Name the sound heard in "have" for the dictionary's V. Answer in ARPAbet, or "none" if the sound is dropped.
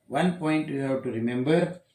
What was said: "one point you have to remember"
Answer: W